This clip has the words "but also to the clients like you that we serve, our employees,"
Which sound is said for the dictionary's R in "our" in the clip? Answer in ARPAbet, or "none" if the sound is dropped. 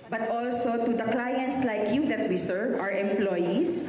R